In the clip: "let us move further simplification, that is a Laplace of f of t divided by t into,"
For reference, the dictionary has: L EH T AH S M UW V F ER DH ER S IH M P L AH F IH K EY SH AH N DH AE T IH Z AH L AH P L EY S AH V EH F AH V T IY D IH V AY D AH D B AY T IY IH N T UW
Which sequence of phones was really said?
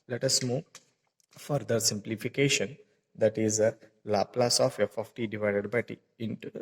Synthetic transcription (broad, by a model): L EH T AH S M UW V F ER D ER S IH M P L AH F IH K EY SH AH N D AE T IH Z AH L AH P L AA S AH F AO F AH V T IY D IH V AY D AH D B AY T IY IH N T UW